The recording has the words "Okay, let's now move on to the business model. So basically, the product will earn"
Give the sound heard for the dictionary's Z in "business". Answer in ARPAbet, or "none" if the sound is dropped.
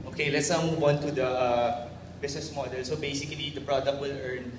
S